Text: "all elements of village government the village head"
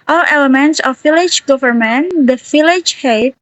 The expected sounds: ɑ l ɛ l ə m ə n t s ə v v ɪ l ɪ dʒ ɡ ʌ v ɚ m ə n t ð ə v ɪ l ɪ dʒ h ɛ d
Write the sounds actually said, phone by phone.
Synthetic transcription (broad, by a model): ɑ l ɛ l ə m ə n t s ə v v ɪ l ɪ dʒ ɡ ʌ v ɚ m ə n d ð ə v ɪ l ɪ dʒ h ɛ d